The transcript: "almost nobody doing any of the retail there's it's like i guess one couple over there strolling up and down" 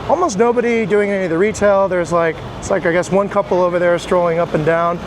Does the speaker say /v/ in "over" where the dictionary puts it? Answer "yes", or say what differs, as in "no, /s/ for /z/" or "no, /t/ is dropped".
yes